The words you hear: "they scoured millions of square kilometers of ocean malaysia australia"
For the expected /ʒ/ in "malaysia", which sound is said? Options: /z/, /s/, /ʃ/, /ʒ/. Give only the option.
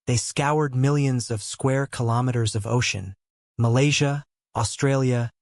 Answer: /ʒ/